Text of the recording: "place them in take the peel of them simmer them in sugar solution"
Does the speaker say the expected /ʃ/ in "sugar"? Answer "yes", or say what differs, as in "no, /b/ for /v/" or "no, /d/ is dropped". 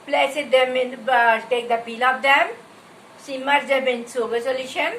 no, /s/ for /ʃ/